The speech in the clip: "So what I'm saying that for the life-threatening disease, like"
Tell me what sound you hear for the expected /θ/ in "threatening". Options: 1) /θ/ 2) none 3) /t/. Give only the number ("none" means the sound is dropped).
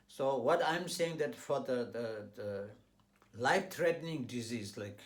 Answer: 3